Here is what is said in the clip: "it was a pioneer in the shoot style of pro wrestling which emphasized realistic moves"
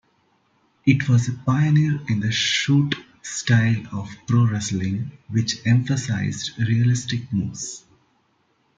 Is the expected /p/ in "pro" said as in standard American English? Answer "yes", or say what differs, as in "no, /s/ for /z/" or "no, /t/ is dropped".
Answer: yes